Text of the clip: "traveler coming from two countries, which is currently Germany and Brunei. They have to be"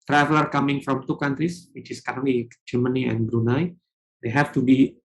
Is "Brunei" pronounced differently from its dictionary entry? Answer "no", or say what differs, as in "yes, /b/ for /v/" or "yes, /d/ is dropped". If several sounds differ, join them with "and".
no